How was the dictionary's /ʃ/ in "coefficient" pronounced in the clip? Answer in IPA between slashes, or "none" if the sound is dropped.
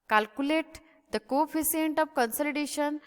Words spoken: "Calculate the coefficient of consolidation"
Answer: /s/